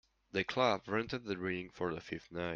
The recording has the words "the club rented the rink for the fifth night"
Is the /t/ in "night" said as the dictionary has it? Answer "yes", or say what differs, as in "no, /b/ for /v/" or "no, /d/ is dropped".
no, /t/ is dropped